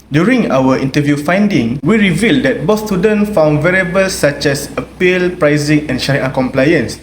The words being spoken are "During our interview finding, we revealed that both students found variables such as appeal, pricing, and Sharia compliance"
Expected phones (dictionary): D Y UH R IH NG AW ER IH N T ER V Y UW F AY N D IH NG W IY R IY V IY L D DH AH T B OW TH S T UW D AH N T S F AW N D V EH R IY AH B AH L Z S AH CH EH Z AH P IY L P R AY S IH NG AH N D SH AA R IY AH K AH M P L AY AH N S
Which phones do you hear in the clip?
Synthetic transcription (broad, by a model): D Y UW R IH NG AW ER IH N T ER V Y UW F AY N D IH NG W IY R IY V IY L D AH T B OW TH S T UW D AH N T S F AW N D V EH R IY B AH L S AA CH EH S AH P IY L P R AY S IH NG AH N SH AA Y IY K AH M P L AY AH N S